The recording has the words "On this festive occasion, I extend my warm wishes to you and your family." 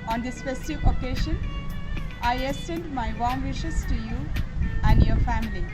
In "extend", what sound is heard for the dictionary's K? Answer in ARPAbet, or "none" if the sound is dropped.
none